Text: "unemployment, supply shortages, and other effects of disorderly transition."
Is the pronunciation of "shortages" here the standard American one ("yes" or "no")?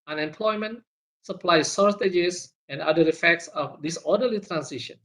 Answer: no